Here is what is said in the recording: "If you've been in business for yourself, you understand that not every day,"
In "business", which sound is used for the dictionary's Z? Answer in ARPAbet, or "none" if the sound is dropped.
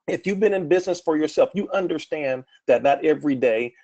Z